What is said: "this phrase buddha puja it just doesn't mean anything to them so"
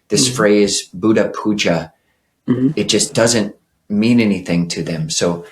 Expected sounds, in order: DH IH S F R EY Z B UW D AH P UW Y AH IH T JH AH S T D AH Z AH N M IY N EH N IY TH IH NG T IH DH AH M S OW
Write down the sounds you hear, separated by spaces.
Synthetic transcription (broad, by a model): DH IH S F R EY Z B UW D AH P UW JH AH IH T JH AH S D AH Z AH N M IY N EH N IY TH IH NG T IH DH AH M S OW